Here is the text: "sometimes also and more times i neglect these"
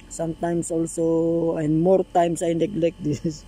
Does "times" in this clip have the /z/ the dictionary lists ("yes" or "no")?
no